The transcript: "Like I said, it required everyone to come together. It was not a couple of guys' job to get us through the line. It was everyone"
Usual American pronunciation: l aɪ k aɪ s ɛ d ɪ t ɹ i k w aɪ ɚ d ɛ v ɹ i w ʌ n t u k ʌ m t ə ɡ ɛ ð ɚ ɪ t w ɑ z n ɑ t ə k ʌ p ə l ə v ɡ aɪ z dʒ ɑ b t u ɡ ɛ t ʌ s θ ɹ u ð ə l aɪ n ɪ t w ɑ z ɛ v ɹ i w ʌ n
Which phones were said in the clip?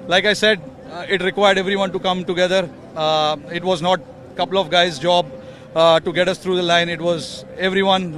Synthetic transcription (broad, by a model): l aɪ k aɪ s ɛ d ɪ t ɹ i k w aɪ ɚ d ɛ v ɹ i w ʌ n t u k ʌ m t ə ɡ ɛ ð ɚ ɪ t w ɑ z n ɑ t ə k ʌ p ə l ə v ɡ aɪ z dʒ ɑ b t u ɡ ɛ t ʌ s t ɹ u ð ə l aɪ n ɪ t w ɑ z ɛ v ɹ i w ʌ n